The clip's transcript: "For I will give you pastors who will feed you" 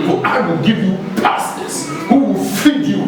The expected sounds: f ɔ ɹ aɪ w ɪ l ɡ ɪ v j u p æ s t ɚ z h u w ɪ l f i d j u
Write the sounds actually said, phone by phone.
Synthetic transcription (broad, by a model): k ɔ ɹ aɪ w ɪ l ɡ ɪ v j u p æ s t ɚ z h u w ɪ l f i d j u